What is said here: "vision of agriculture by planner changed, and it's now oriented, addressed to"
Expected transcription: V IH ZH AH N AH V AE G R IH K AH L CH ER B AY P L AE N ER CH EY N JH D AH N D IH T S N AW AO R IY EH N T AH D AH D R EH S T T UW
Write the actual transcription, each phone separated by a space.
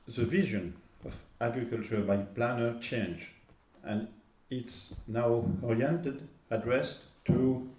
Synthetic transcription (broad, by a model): V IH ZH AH N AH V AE G R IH K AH L CH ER B AY P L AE N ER CH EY N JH AH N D IH T S N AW AO R IY EH N T AH D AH D R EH S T T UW